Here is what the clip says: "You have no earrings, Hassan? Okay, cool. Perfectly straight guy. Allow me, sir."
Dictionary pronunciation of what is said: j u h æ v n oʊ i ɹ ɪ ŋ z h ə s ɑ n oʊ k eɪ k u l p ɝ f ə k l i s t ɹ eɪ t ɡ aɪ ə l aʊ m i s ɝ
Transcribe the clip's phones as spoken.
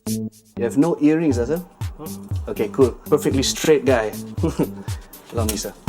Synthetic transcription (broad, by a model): j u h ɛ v n oʊ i ɹ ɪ ŋ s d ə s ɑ oʊ k eɪ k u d p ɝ f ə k l i s t ɹ eɪ t ɡ aɪ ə l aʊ m i s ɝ